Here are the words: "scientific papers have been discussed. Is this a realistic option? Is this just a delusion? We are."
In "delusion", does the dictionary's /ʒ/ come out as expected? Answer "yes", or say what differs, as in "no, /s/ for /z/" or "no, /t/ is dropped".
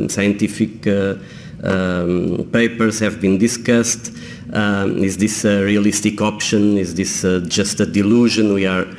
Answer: yes